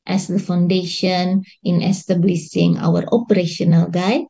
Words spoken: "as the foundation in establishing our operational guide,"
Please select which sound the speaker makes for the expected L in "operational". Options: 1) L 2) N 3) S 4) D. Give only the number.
1